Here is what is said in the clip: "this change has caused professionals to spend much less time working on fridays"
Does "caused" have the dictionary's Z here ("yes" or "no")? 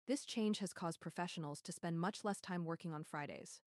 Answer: yes